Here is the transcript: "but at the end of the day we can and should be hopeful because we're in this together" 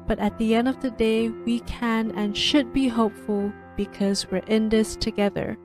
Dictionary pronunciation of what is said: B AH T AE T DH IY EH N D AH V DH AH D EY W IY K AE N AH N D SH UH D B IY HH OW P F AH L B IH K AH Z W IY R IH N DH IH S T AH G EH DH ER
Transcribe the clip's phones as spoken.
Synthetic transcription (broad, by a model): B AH T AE T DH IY EH N D AH V DH AH D EY W IY K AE N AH N SH UH D B IY HH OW P F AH L B IH K AH Z W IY R IH N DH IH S T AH G EH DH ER